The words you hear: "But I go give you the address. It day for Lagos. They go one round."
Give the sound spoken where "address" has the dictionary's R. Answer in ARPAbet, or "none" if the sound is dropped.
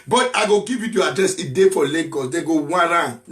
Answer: R